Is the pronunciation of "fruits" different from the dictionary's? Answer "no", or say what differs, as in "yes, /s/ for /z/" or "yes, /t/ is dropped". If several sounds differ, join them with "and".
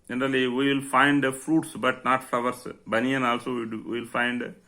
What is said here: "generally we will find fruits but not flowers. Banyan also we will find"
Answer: no